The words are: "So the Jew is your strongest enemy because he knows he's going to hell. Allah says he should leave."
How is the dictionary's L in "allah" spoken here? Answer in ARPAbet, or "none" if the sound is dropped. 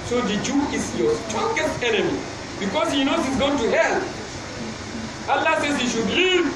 L